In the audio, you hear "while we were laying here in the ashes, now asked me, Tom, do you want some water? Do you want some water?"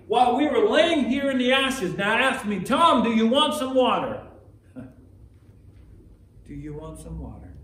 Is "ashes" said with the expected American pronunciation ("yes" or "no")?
yes